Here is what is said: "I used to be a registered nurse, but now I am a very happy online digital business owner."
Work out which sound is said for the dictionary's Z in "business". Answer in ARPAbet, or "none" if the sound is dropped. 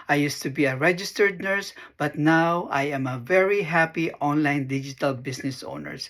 S